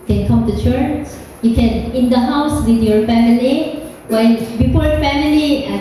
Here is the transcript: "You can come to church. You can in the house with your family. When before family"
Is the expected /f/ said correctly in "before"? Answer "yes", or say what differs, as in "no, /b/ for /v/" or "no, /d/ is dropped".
no, /p/ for /f/